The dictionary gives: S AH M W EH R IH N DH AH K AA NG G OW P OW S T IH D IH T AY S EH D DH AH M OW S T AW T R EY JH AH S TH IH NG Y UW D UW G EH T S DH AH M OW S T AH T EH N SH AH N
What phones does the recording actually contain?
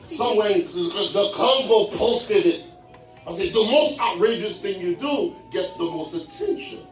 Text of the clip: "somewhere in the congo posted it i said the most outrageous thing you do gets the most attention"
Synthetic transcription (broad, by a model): S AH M W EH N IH DH AH K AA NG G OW P OW S T IH D IH T AY S EH D DH AH M OW S T AW T R EY JH AH S TH IH NG Y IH D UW G EH T S DH AH M OW S T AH T EH N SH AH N